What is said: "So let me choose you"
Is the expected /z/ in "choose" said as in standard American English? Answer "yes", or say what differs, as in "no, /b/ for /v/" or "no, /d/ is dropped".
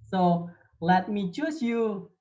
no, /s/ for /z/